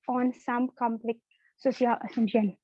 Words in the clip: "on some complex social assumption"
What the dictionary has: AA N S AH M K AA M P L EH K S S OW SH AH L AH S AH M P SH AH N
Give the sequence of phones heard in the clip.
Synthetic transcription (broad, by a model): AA N S AH M K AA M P L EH K S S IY AH L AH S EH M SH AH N